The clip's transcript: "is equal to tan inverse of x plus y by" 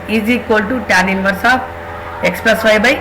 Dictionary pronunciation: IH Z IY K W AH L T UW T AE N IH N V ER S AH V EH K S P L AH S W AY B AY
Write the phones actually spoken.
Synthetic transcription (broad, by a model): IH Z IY K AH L T UW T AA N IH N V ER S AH P EH K S P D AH S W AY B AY